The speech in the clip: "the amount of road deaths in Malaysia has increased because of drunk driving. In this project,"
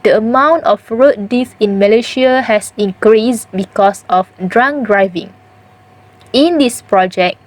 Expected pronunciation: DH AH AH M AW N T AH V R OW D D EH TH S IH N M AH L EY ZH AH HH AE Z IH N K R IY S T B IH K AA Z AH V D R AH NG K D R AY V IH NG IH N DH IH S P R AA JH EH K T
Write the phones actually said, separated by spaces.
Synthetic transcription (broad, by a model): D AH AH M AW N T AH F R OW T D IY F IH N M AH L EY SH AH HH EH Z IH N K R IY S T B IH K AA S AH F D R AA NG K D R AY V IH NG IH N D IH S P R AA JH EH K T